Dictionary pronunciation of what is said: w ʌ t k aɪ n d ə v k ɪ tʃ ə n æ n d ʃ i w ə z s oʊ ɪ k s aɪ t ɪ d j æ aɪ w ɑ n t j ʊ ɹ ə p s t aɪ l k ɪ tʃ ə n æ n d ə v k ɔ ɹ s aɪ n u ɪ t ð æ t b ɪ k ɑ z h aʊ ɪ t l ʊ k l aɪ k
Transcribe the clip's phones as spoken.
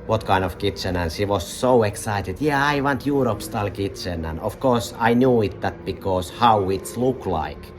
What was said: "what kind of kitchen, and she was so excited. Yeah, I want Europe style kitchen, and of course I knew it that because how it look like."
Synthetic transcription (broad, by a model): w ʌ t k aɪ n ə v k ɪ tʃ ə n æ n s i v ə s s oʊ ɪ k s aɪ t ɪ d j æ aɪ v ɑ n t j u ɹ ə p s t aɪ l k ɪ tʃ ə n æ n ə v k ɔ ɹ s aɪ n u ɪ t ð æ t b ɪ k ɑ s h aʊ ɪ t l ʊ k l aɪ k